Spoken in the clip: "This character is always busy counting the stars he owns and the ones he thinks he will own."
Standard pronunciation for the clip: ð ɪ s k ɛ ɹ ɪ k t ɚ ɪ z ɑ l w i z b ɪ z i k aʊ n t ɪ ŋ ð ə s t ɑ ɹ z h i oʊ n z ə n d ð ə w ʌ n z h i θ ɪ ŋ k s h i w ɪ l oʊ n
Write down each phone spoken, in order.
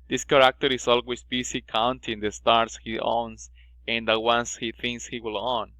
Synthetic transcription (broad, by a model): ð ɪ s k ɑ ɹ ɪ k t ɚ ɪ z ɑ l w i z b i s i k aʊ n t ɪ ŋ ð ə s t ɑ ɹ s h i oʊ n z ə n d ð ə w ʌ n s h i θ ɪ ŋ k s h i w ɪ l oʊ n